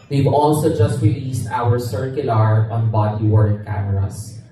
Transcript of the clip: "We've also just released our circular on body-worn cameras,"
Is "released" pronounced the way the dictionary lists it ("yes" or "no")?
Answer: yes